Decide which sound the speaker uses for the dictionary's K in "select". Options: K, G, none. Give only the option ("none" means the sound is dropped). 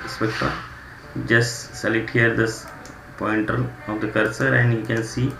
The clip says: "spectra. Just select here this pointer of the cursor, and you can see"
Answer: none